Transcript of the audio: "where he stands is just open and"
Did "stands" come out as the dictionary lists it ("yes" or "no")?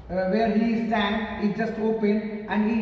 no